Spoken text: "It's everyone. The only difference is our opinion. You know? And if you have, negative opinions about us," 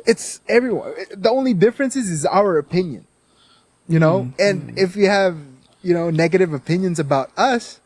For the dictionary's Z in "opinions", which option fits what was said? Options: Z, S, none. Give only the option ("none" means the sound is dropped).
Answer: Z